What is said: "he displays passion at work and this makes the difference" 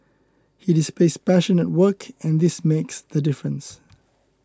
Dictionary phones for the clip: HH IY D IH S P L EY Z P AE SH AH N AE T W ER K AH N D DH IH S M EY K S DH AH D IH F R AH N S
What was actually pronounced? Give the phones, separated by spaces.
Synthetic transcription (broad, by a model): HH IY D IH S P L EY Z P AE SH AH N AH T W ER K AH N DH IH S M EY K S DH AH D IH F R AH N S